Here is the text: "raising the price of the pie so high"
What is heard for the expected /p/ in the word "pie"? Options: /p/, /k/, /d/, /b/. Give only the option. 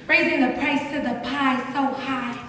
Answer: /p/